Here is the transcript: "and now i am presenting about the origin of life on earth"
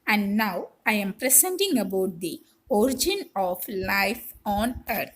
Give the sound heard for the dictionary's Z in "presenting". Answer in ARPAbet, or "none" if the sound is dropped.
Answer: S